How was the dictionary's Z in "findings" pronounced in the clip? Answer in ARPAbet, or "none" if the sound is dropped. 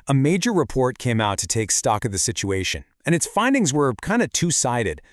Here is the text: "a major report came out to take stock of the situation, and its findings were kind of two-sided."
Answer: Z